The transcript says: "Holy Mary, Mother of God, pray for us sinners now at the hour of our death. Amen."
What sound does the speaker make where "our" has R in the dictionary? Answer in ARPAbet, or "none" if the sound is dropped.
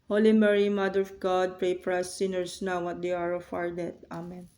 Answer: R